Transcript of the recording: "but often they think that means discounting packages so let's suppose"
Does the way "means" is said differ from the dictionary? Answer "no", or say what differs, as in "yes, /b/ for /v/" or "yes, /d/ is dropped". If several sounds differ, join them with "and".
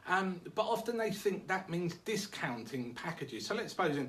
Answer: no